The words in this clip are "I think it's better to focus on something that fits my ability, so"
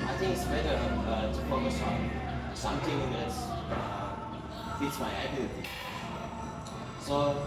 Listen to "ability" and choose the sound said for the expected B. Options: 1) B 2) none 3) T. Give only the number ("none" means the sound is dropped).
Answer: 2